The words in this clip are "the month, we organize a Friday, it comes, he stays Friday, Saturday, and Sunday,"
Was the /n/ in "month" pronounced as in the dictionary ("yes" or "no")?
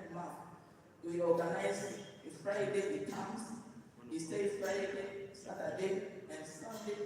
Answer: no